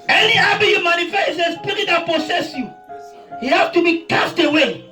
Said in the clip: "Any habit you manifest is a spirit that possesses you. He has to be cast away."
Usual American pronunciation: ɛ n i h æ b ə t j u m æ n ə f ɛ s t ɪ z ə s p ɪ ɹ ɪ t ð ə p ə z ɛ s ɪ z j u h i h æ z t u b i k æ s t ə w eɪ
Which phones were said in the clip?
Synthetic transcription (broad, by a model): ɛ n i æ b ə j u m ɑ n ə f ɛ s ɪ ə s p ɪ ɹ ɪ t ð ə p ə s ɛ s j u h i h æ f t u b i k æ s t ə w eɪ